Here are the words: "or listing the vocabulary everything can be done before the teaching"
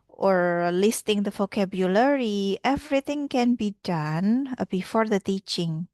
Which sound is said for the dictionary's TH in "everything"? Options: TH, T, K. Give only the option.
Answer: T